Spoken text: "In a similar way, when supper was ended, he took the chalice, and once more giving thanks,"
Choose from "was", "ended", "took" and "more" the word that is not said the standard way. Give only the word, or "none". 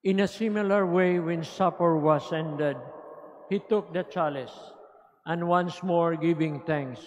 was